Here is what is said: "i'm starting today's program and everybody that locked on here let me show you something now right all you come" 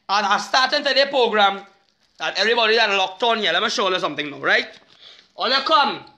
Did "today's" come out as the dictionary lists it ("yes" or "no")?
no